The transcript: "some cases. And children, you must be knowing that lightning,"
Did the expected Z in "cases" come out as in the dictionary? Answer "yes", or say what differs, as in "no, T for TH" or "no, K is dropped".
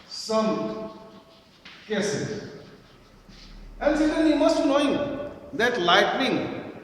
no, Z is dropped